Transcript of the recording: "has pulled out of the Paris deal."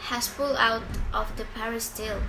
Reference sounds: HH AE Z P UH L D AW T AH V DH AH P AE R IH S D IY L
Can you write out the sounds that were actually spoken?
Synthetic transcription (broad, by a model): HH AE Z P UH L AW T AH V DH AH P AE R IH S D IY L